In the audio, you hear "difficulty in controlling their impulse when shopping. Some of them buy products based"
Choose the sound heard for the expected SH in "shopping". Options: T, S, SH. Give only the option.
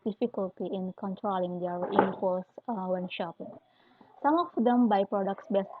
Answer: SH